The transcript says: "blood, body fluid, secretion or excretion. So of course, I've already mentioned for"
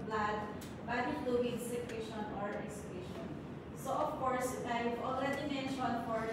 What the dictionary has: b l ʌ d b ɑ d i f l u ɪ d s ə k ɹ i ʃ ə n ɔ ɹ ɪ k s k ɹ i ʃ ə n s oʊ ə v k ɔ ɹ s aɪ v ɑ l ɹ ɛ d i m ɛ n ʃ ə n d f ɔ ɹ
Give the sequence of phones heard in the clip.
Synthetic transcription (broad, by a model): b l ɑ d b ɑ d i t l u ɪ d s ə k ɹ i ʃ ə n ɔ ɹ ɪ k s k i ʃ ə n s oʊ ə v k ɔ ɹ s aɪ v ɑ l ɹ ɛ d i m ɛ n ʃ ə n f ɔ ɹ